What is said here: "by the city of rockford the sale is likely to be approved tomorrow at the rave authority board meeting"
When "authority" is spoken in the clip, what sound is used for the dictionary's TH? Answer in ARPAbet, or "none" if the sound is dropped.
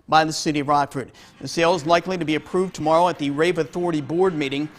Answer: TH